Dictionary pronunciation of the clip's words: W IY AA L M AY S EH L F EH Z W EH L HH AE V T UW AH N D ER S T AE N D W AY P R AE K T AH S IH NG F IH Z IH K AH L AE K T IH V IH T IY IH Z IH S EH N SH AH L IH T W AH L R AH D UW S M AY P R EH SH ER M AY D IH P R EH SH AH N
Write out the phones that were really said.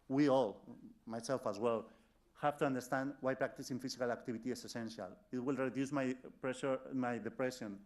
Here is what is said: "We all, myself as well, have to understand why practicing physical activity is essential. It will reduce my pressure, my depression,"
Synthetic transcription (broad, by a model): W IY AA L M AY S EH L F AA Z W EH L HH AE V T UW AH N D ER S T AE N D W AY P R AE K T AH S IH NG F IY S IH K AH L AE K T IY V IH T IY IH S IH S EH N SH AH L IH T W AH L R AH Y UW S M AY P R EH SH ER M AY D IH P R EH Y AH N